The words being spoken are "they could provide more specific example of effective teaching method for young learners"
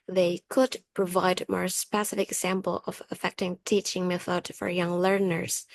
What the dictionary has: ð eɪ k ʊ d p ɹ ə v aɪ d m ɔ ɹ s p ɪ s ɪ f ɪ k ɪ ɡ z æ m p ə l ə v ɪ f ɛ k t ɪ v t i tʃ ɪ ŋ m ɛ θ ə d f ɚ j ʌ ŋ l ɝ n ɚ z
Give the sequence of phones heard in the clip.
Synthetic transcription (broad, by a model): ð eɪ k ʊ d p ɹ ə v aɪ d m ɔ ɹ s p ɪ s ɪ f ɪ k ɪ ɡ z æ m p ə l ə v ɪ f ɛ k t ɪ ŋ t i tʃ ɪ ŋ m ɛ θ ə d f ɚ j ʌ ŋ l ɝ n ɚ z